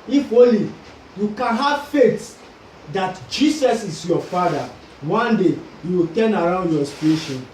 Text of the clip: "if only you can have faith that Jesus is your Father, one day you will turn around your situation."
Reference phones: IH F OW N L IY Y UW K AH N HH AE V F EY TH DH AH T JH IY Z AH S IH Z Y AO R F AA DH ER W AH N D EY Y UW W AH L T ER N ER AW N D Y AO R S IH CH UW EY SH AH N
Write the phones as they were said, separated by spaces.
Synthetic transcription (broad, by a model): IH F OW L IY Y UW K AH N HH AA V F EY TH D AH T JH IY S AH S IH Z Y AO F AA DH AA W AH N D EY Y UW W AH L T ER N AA AW N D Y AO S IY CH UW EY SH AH N